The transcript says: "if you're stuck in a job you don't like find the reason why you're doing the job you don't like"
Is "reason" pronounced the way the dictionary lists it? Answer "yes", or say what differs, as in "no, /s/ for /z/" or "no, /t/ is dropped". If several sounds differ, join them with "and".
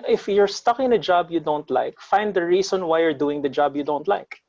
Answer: no, /s/ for /z/